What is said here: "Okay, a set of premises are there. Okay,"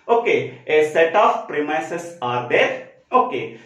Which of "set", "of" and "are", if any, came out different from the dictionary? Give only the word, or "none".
of